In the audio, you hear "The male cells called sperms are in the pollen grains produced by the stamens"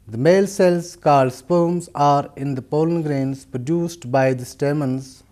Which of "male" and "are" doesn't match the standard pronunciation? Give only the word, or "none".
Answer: none